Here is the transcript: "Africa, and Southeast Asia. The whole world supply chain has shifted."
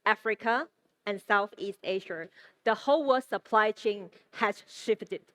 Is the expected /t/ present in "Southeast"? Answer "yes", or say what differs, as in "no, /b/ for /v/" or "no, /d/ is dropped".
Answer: yes